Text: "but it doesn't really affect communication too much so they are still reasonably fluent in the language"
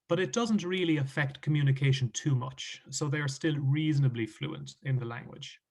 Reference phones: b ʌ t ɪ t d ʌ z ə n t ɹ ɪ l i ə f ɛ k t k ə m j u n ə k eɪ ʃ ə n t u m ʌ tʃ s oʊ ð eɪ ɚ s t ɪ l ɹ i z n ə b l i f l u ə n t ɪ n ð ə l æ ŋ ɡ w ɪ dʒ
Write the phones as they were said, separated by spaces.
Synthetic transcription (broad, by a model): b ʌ t ɪ t d ʌ z ə n t ɹ ɪ l i ə f ɛ k t k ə m j u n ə k eɪ ʃ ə n t u m ʌ tʃ s oʊ ð eɪ ɚ s t ɪ l ɹ i z n ə b l i f l u ə n t ɪ n ð ə l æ ŋ ɡ w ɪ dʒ